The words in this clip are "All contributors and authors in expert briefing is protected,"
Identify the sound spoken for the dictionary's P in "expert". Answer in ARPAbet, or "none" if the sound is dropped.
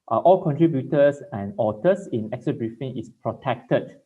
none